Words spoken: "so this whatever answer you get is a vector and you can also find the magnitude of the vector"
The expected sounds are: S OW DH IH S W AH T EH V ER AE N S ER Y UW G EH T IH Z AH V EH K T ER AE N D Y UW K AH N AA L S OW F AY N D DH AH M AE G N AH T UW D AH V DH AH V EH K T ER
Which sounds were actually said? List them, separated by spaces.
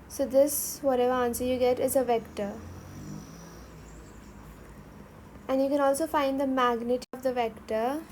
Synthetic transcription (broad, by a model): S OW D IH S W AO T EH V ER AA N S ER Y UW G EH T IH Z AH V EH K T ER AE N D Y UW K AH N AA L S OW F AY N D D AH M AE G N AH T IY AH V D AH V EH K T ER